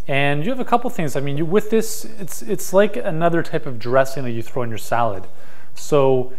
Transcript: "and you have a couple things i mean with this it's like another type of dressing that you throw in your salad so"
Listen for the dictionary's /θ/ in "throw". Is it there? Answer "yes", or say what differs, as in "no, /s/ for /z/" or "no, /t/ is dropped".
yes